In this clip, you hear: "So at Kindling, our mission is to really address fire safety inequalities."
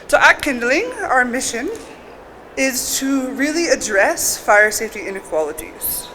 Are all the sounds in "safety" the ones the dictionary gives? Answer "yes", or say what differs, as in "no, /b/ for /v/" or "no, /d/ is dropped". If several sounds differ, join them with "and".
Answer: yes